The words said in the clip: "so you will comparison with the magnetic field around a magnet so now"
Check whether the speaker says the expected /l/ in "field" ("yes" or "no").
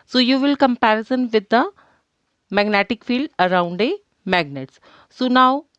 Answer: yes